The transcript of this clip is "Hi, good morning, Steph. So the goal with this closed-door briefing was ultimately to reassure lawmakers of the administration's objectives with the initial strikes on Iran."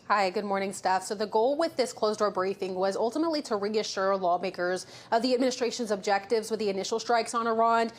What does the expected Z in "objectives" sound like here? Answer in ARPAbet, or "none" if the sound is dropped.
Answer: Z